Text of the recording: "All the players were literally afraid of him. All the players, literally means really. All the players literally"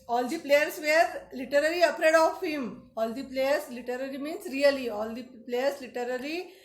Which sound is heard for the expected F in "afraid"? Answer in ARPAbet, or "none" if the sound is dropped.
P